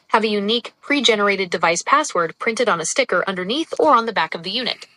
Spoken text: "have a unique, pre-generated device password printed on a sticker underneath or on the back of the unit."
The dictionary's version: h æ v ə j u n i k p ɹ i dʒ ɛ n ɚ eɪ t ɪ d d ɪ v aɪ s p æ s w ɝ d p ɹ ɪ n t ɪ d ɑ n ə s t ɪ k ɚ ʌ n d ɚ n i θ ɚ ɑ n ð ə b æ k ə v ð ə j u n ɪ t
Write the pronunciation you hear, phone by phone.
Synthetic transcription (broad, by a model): h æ v ə j u n i k p ɹ i dʒ ɛ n ɚ eɪ t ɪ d d ɪ v aɪ s p æ s w ɝ d p ɹ ɪ n t ɪ d n ə s t ɪ k ɚ ʌ n d ɚ n i θ ɚ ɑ n ð ə b æ k ə v ð ə j u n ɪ t